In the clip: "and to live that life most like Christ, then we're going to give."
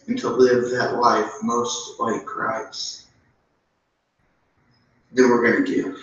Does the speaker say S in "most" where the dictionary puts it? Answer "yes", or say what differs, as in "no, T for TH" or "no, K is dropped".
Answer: yes